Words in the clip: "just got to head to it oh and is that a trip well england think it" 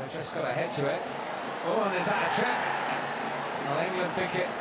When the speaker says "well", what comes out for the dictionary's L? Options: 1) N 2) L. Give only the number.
1